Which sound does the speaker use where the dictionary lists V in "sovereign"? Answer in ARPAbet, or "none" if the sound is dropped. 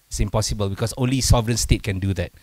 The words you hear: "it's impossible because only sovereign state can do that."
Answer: V